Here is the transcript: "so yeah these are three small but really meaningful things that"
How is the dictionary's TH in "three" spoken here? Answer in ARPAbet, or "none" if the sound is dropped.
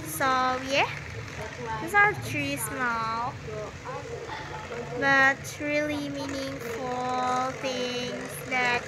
T